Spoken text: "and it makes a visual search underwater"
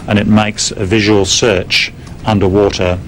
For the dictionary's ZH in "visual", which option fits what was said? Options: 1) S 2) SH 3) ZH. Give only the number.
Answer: 3